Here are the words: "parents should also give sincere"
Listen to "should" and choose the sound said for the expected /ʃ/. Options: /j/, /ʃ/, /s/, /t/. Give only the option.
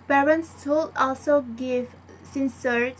/s/